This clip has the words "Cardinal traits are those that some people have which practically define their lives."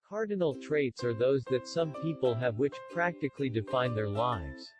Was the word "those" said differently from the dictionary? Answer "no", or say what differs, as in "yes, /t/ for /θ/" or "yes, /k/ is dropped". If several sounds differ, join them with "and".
no